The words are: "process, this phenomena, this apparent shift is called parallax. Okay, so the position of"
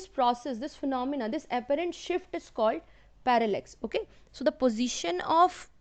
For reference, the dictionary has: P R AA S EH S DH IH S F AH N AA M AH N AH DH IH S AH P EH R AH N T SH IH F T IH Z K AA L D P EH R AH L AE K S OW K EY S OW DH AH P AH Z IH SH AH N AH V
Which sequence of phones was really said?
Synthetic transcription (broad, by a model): P R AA S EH S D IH S F AH N AA M AH N AH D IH S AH P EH R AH N T SH IH F T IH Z K AA L D P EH R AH L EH K S OW K EY S OW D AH P AH Z IH SH AH N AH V